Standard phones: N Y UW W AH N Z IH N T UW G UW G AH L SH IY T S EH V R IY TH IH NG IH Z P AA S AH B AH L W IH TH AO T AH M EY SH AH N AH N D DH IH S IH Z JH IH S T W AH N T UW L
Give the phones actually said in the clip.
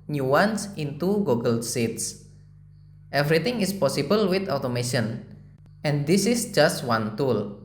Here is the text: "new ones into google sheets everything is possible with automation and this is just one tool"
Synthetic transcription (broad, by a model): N Y UW W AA N S IH N T UW G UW G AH L S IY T S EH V R IY T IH NG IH S P AA S AH B AH L W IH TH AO T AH M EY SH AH N AH N D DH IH S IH S JH IH S T W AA N T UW L